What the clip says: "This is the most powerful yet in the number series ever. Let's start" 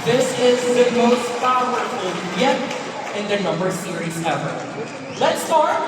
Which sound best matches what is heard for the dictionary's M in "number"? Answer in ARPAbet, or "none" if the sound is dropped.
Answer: M